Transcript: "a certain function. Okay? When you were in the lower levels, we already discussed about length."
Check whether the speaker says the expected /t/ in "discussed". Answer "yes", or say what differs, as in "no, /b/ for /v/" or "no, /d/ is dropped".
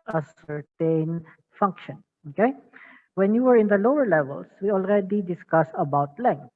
no, /t/ is dropped